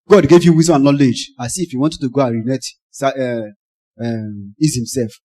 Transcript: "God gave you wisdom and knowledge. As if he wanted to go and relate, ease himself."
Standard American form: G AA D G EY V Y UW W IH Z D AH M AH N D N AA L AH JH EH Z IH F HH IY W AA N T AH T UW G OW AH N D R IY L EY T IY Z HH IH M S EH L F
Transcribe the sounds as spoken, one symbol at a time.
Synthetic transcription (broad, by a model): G AA D G EY V Y UW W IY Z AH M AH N N AA L AH JH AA S IH F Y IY W AA N T AH T UW G OW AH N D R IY N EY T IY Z HH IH M S EH L F